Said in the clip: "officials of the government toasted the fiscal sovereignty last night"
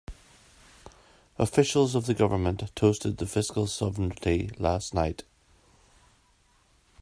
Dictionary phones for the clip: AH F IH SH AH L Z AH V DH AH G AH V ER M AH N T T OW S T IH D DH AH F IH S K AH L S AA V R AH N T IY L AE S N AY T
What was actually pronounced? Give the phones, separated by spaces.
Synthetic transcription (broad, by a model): AH F IH SH AH L Z AH V DH AH G AH V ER M AH N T T OW S T IH D DH AH F IH S K AH L S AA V AH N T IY L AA S N AY T